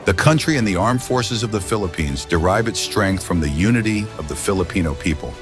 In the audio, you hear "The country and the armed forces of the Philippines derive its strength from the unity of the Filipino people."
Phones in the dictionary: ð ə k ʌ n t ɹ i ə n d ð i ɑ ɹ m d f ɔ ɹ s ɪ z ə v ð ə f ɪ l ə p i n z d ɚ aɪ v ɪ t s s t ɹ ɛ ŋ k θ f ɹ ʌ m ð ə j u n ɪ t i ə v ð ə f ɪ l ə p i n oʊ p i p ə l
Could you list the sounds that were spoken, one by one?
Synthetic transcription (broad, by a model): ð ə k ʌ n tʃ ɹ i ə n ð i ɑ ɹ m f ɔ ɹ s ɪ z ə v ð ə f ɪ l ə p i n z d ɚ aɪ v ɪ t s s t ɹ ɛ ŋ k θ f ɹ ʌ m ð ə j u n ɪ t i ə v ð ə f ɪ l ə p i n oʊ p i p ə l